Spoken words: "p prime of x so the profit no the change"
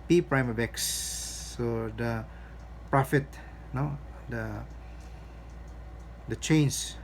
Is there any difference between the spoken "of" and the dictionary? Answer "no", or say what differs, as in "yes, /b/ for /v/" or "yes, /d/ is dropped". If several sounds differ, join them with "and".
yes, /b/ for /v/